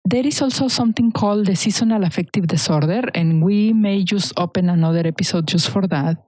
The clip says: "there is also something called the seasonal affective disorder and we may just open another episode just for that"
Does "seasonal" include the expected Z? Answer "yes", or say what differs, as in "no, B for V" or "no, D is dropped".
no, S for Z